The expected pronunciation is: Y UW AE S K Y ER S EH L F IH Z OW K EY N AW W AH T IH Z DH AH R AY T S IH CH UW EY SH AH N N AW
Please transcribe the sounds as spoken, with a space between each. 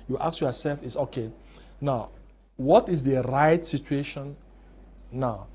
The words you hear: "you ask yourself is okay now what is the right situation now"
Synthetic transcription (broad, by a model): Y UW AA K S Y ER S EH L F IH S OW K EY N AW W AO T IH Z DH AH R AY T S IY CH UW EY SH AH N N AW